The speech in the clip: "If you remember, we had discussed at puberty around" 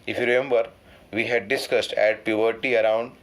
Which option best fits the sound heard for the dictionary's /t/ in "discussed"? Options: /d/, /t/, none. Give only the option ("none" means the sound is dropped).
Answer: /t/